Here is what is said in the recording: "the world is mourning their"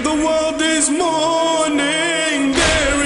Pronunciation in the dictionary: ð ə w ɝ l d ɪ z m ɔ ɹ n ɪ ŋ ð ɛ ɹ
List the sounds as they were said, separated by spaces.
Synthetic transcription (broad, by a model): ð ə w ɝ l d ɪ z m ɔ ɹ n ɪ ŋ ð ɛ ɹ